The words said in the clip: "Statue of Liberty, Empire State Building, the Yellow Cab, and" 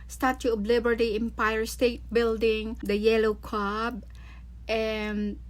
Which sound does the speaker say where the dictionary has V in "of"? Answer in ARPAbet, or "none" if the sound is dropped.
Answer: B